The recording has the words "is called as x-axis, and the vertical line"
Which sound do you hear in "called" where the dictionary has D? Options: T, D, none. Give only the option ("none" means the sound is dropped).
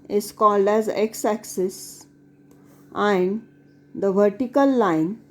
D